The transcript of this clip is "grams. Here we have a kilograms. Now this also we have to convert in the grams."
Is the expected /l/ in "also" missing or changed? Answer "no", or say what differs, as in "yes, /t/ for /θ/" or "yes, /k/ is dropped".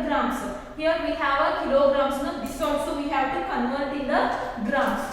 yes, /l/ is dropped